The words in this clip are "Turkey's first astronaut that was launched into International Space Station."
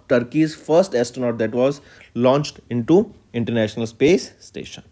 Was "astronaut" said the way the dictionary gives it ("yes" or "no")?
no